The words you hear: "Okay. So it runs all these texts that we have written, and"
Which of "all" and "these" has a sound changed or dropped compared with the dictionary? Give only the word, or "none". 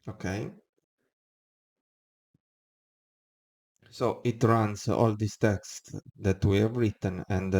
these